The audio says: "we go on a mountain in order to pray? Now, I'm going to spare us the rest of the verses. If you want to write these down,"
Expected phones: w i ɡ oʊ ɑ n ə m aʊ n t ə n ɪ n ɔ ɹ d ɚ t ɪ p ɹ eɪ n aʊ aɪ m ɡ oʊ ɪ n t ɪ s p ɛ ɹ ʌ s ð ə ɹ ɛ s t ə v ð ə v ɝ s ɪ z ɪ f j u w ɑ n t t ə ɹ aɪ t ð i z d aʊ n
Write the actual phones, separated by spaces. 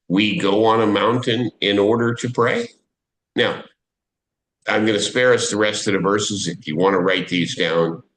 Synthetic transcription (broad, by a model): w i ɡ oʊ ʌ n ə m aʊ n t ə n ɪ n ɔ ɹ d ɚ t ɪ p ɹ eɪ n aʊ aɪ m ɡ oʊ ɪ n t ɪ s p ɛ ɹ ʌ s ð ə ɹ ɛ s t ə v ð ə v ɝ s ɪ z ɪ f j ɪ w ɑ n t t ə ɹ aɪ t ð i z d aʊ n